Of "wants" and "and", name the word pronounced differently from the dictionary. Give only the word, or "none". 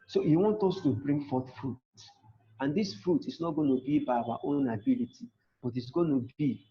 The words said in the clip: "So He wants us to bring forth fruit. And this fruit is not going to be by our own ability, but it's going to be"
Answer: wants